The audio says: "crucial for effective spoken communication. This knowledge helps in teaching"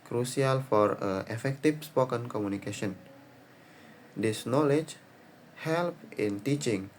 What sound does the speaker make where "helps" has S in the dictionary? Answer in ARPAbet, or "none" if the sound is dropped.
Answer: none